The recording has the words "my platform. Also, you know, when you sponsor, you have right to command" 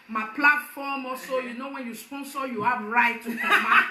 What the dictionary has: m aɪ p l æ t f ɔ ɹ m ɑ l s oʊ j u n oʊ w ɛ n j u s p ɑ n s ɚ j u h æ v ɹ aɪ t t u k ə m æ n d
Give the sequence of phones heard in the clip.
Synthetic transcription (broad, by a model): m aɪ p l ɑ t f ɔ m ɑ s oʊ j u n oʊ w ɛ n j u s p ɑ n s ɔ j u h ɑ b ɹ aɪ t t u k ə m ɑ